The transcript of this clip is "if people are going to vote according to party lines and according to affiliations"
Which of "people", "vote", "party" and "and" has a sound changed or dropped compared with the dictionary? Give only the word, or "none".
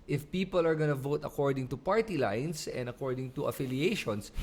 none